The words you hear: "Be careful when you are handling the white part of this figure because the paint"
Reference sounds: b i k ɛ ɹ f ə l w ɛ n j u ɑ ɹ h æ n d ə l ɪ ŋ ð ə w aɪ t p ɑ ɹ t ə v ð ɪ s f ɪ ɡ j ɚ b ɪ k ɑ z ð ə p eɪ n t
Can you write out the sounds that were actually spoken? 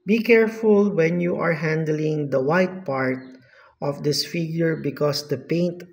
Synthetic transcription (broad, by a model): b i k ɛ ɹ f ə l w ɛ n j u ɑ ɹ h æ n d ə l ɪ ŋ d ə w aɪ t p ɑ ɹ t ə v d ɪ s f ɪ ɡ j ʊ b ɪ k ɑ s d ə p eɪ n t